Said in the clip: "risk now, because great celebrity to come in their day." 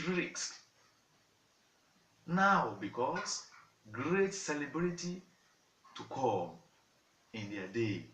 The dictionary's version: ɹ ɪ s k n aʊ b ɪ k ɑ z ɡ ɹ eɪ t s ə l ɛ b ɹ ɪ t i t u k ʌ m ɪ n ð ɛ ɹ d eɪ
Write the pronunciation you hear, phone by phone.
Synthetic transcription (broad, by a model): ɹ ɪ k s n aʊ b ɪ k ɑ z ɡ ɹ eɪ t s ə l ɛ b l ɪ t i t u k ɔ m ɪ n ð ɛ d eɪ